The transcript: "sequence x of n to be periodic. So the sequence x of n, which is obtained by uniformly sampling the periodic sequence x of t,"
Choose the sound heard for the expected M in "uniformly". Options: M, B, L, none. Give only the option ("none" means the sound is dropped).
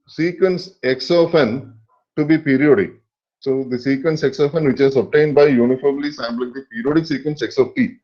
M